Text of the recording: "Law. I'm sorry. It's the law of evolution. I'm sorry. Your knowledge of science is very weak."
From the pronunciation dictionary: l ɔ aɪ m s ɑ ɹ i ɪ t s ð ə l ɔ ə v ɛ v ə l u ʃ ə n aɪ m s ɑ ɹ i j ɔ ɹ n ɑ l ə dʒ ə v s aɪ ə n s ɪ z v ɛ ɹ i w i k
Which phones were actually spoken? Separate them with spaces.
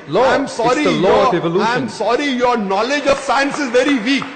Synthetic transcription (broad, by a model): l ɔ aɪ m s ɑ ɹ i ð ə l ɔ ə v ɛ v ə l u ə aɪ m s ɑ ɹ i j ɔ ɹ n ɑ l ə dʒ ə v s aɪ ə n s ɪ z v ɛ ɹ i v i k